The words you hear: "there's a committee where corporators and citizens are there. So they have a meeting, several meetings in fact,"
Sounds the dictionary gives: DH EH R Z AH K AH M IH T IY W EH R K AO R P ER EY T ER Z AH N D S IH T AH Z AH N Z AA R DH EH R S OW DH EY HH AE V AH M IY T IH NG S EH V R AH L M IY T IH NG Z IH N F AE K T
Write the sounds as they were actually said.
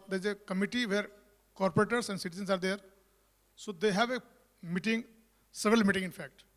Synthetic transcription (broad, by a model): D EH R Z AH K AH M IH T IY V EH R K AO R P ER EY T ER S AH N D S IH T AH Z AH N S AA R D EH R S OW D EY HH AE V AH M IY T IH NG S EH V R AH L M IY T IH NG IH N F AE K T